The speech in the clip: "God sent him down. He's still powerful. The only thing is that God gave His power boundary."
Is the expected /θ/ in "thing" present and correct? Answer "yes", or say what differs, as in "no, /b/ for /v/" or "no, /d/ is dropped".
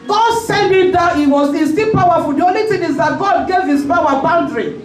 no, /t/ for /θ/